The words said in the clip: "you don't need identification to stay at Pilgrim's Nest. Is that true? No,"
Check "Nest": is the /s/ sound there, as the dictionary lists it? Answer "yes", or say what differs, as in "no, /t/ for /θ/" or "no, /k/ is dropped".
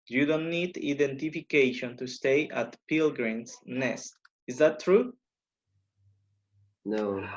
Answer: yes